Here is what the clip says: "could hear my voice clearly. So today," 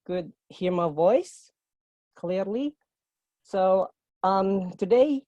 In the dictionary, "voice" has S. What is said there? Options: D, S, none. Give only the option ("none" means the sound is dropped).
S